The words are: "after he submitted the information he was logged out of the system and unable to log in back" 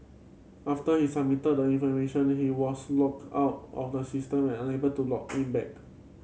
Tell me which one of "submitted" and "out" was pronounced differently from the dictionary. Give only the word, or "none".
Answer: submitted